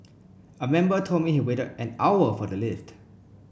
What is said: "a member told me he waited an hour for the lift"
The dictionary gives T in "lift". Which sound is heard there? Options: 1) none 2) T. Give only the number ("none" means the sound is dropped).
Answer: 2